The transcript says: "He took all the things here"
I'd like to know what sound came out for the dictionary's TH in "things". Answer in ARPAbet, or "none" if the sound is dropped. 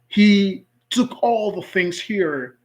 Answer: TH